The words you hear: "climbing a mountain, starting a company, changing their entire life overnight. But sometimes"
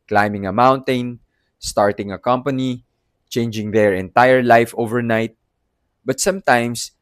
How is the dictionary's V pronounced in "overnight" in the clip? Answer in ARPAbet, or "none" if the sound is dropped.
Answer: V